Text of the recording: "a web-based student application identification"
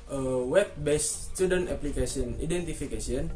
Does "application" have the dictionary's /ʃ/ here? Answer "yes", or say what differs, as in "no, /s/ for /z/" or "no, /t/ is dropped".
no, /s/ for /ʃ/